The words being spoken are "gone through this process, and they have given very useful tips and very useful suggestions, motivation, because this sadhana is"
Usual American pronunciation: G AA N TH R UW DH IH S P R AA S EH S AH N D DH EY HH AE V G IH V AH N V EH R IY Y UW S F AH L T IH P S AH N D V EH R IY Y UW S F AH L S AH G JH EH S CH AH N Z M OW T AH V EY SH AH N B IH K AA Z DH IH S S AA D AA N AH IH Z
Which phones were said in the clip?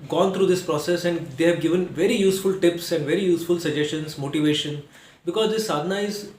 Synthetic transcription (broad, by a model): G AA N T R UW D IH S P R AA S EH S AH N D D EY HH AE V G IH V AH N V EH R IY Y UW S F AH L T IH P S AH N D V EH R IY Y UW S F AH L S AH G JH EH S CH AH N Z M OW T AH V EY SH AH N B IH K AA Z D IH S S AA D N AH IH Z